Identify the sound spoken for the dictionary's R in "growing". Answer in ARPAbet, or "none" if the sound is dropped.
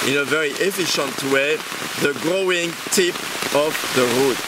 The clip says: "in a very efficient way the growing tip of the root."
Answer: R